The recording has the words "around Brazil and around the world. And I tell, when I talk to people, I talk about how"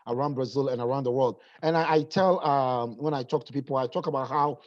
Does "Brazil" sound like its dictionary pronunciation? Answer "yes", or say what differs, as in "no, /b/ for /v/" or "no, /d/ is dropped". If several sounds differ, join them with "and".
yes